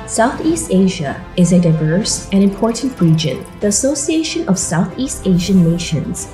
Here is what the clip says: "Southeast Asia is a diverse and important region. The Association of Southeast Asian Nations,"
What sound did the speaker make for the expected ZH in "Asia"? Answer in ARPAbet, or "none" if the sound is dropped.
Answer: ZH